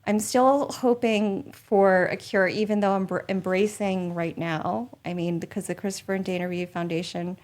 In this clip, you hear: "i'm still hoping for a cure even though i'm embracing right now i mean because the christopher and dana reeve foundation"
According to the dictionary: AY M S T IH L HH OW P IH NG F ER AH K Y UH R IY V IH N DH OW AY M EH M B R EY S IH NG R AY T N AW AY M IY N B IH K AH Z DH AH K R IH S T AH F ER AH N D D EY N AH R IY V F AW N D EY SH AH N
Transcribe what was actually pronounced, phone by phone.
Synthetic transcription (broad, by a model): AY M S T IH L HH OW P IH NG F ER AH K Y UH R IY V IH N DH OW AY M EH M B R EY S IH NG R AY T N AW AY M IY N B IH K AH Z DH AH K R IH S T AH F ER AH N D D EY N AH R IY F AW N D EY SH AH N